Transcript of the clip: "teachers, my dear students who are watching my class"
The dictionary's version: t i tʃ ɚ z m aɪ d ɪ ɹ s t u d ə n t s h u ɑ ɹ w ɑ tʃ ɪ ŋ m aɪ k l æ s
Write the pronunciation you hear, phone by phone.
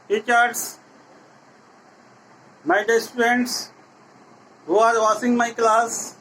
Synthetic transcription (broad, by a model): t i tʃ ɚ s m aɪ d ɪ s t u d ə n t s h u ɑ ɹ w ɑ s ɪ ŋ m aɪ k l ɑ s